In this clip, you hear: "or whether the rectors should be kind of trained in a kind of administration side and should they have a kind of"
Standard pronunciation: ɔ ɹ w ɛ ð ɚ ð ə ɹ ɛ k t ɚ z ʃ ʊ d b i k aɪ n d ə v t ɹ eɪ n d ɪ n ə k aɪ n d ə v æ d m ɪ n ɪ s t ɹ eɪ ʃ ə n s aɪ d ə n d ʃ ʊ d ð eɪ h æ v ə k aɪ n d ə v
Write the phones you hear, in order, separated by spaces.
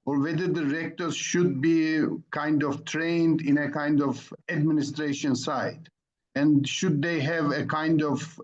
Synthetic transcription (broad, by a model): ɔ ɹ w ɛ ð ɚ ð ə ɹ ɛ k t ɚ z ʃ ʊ d b i k aɪ n d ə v t ɹ eɪ n d ɪ n ə k aɪ n d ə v æ d m ɪ n ɪ s t ɹ eɪ ʃ ə n s aɪ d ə n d ʃ ʊ d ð eɪ h æ v ə k aɪ n d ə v